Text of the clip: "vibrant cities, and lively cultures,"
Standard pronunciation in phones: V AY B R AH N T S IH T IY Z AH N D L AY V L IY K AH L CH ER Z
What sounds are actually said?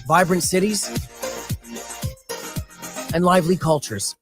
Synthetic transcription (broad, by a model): V AY B R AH N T S IH T IY Z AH N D L AY V L IY K AH L CH ER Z